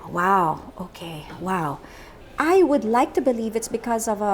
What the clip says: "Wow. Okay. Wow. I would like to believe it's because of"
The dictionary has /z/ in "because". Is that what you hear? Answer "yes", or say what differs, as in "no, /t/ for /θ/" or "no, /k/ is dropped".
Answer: yes